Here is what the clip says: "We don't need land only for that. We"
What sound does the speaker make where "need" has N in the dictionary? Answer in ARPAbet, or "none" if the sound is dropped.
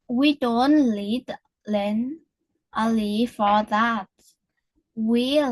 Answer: L